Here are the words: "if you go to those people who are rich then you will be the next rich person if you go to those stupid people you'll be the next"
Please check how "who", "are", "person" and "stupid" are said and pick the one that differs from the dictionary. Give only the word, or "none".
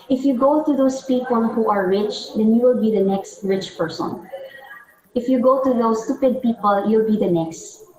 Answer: none